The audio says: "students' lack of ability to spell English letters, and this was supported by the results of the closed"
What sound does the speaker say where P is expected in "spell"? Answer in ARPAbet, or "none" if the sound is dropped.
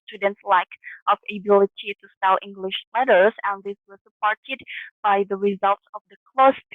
none